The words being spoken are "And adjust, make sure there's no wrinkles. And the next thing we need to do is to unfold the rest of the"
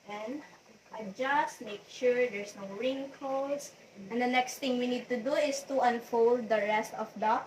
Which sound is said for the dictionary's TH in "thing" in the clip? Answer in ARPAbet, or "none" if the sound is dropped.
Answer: T